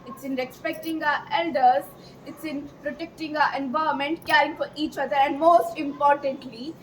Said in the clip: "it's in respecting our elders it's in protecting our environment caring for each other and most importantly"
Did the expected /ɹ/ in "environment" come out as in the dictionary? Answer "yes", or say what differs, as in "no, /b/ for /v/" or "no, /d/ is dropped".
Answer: no, /ɹ/ is dropped